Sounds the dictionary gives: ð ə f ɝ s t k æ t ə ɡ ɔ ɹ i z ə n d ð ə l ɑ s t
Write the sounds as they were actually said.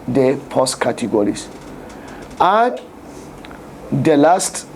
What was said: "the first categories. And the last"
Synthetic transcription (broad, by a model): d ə p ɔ s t k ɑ t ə ɡ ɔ ɹ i s ə n d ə l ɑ s t